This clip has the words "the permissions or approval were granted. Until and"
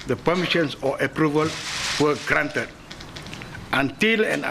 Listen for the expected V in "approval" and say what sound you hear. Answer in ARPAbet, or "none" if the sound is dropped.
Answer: V